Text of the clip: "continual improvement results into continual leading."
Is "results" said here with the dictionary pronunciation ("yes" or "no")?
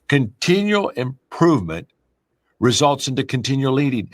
yes